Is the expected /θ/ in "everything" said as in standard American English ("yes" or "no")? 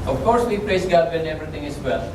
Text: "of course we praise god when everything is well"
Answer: no